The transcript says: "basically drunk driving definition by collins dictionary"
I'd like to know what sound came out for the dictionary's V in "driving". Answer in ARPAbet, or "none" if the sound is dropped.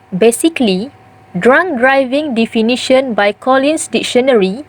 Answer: V